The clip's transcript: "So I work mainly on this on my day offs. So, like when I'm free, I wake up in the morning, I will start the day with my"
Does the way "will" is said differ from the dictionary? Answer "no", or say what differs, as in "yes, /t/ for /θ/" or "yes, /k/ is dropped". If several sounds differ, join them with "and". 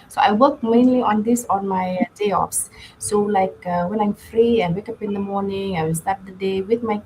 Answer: no